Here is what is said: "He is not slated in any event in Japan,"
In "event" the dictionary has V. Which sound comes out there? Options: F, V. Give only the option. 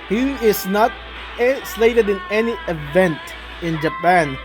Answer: V